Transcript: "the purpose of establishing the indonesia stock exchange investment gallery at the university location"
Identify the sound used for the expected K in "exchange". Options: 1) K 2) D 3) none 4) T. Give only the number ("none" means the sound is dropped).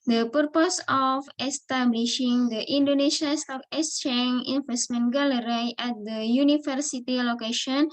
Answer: 3